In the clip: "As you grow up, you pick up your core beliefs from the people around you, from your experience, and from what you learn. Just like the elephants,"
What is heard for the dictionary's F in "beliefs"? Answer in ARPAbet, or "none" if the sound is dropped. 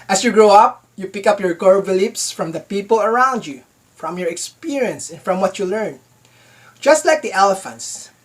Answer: P